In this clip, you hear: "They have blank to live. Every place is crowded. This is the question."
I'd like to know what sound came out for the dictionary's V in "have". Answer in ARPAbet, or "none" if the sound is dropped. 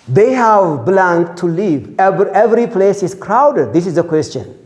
V